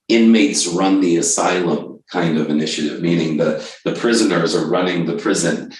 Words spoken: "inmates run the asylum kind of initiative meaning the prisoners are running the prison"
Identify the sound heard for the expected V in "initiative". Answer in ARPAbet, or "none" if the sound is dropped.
V